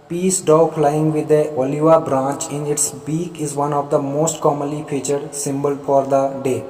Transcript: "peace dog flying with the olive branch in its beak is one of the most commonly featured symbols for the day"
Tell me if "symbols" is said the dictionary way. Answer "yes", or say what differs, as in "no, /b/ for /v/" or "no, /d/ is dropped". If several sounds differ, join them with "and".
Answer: no, /z/ is dropped